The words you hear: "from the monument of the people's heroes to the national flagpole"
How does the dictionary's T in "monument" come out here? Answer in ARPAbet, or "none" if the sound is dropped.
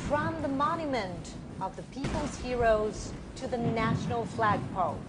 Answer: T